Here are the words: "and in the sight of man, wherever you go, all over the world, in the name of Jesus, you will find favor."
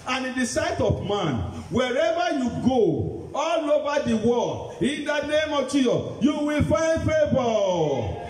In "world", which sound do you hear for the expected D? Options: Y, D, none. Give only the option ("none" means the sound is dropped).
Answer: none